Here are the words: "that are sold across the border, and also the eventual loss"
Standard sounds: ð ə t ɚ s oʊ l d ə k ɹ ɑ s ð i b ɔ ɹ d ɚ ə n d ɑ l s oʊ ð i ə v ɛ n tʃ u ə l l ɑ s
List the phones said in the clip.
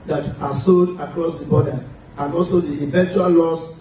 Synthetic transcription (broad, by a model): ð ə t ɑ s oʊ d ə k ɹ ɑ s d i b ɔ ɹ d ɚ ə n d ɑ l s oʊ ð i ə v ɛ n tʃ u ə l l ɑ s